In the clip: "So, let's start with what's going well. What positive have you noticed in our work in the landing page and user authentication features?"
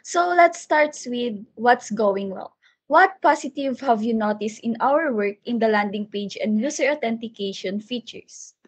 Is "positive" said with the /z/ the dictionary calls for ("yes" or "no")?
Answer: no